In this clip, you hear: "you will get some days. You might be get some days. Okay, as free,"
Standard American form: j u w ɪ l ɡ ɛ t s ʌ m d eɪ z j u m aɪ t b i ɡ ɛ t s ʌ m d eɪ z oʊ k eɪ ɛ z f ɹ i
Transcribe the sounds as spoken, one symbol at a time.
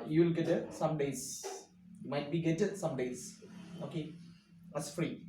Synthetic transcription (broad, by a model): j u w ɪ l ɡ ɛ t s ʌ m d eɪ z j u m aɪ t b i ɡ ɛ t s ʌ m d eɪ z oʊ k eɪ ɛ s f ɹ i